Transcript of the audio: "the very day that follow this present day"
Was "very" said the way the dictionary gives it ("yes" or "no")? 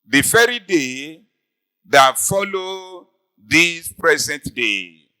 no